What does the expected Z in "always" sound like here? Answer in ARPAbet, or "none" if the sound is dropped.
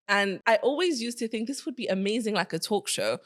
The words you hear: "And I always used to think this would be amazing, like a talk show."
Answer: Z